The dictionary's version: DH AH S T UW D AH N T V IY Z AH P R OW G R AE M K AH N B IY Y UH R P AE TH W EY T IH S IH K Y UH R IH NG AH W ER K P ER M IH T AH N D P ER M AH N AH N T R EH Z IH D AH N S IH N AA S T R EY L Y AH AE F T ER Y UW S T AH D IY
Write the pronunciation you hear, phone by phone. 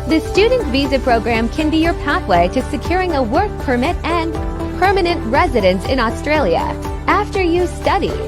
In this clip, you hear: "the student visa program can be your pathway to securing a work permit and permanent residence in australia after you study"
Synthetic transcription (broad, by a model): DH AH S T UW D N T V IY Z AH P R OW G R AE M K AH N B IY Y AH R P AE TH W EY T IH S IH K Y UH R IH NG AH W ER K P ER M IH T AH N P ER M AH N AH N T R EH Z IH D AH N S IH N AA S T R EY L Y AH AE F T ER Y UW S T AH D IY